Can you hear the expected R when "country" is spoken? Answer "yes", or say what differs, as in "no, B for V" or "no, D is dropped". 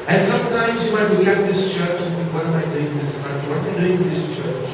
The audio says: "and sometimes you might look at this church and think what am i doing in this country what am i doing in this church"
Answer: no, R is dropped